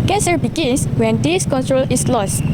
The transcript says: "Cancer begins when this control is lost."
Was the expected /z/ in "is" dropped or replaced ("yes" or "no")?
yes